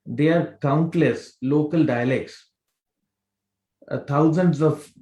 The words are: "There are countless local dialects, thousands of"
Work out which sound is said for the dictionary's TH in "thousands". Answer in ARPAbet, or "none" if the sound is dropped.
T